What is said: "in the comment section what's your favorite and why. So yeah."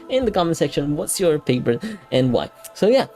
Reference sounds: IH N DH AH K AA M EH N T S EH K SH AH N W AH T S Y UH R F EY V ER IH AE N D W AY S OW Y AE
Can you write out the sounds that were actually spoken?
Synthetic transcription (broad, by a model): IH N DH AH K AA M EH N S EH K SH AH N W AH T S Y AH R P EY P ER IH N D W AY S OW Y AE